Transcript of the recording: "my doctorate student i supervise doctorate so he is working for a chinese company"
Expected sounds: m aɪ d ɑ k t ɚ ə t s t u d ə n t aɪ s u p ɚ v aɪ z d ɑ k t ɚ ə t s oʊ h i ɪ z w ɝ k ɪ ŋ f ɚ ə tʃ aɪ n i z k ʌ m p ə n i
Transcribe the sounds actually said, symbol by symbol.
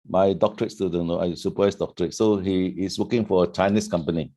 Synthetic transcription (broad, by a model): m aɪ d ɑ k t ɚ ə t s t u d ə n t aɪ s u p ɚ aɪ s d ɑ k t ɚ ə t s oʊ h i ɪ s w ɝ k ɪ ŋ f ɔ ə tʃ aɪ n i s k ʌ m p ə n i